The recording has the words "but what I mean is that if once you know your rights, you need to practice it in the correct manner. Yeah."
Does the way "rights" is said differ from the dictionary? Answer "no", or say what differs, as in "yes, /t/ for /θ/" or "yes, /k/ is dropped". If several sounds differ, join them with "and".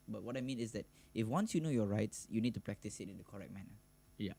no